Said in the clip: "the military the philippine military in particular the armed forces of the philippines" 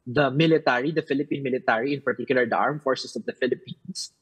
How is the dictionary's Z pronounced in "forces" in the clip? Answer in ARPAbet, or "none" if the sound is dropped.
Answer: S